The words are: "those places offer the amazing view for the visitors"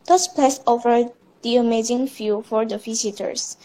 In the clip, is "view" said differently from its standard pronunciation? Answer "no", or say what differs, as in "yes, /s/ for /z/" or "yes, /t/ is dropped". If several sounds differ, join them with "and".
yes, /f/ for /v/